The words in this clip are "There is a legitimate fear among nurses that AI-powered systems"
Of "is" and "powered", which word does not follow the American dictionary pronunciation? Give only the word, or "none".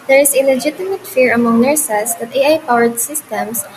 is